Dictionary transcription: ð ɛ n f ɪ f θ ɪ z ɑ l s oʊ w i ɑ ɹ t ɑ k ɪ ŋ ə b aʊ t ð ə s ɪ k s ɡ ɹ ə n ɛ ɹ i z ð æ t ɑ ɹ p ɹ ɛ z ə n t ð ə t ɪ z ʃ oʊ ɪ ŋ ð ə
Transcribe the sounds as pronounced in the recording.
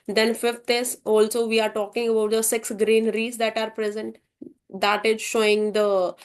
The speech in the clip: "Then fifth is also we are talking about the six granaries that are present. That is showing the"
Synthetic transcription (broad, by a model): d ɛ n f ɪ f t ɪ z ɑ l s oʊ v i ɑ ɹ t ɑ k ɪ ŋ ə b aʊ t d ə s ɪ k s ɡ ɹ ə n ɹ i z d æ t ɑ ɹ p ɹ ɛ z ə n t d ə t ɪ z ʃ oʊ ɪ ŋ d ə